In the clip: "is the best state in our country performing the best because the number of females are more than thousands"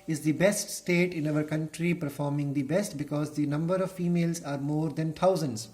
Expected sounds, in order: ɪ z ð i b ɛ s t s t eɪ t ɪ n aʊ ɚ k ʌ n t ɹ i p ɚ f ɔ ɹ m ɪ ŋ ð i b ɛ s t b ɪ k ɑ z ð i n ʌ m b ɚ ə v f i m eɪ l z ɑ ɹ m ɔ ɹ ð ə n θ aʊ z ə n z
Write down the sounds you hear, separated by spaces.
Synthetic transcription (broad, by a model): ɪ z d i b ɛ s t s t eɪ t ɪ n aʊ ɚ k ʌ n t ɹ i p ɚ f ɔ ɹ m ɪ ŋ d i b ɛ s t b ɪ k ɑ z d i n ʌ m b ɚ ə v f i m eɪ l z ɑ ɹ m ɔ ɹ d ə n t aʊ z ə n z